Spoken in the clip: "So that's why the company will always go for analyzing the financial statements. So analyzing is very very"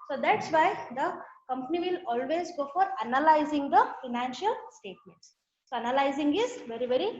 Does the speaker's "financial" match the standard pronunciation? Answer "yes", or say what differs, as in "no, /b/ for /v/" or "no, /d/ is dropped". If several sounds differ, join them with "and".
yes